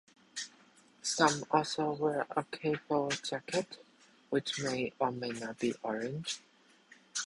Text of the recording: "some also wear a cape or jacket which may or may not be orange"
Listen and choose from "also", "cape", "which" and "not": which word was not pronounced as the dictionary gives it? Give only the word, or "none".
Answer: cape